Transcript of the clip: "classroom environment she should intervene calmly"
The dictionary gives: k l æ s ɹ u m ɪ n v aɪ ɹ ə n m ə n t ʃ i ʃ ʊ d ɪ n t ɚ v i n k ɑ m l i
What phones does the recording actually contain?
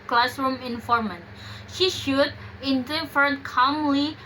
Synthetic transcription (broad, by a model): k l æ s ɹ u m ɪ n f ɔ ɹ m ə n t ʃ i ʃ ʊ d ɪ n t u f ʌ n k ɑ m l i